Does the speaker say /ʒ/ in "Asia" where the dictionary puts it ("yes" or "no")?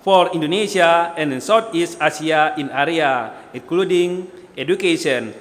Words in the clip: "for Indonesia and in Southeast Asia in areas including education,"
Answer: no